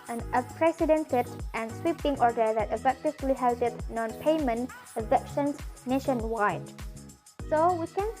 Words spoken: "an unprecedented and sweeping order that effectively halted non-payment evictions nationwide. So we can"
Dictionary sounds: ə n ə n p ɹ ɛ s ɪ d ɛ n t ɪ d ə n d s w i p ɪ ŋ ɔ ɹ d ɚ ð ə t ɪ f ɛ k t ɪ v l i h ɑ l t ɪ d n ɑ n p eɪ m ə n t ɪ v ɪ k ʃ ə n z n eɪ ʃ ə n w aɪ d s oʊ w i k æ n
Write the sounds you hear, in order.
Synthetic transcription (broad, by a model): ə n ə p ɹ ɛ s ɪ d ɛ n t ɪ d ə n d s w i p ɪ ŋ ɔ ɹ d ɚ ð ə t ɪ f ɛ k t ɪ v l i h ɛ l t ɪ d n ɑ n p eɪ m ə n t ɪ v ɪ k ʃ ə n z n eɪ ʃ ə n w aɪ d s oʊ w i k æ n